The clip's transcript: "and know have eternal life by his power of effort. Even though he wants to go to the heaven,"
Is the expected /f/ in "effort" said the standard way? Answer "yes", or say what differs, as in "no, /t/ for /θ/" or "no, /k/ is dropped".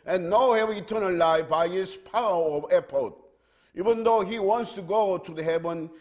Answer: no, /p/ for /f/